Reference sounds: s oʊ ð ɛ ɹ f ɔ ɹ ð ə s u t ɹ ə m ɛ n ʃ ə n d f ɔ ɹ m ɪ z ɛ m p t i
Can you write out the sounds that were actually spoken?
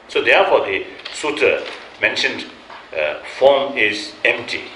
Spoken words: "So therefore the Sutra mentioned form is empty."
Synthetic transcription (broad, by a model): s oʊ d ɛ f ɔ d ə s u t ə m ɛ n ʃ ə n d f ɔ m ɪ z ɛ m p t i